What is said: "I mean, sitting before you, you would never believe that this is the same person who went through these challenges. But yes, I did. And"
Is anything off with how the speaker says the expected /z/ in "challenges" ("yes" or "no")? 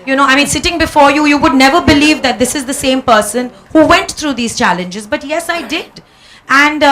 no